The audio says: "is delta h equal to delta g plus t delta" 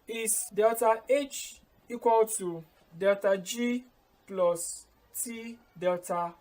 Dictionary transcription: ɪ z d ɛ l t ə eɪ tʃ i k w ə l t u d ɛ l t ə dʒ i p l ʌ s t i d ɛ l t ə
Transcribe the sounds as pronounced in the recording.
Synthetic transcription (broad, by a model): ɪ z d ɛ l t ə eɪ tʃ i k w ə l t u d ɛ l t ə dʒ i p l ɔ s t i d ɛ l t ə